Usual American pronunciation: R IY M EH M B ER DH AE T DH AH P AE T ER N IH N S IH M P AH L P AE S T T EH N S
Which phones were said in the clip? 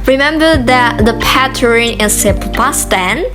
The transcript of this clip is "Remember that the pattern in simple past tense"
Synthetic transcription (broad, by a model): R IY M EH M B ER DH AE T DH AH P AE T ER IH N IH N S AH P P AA S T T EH N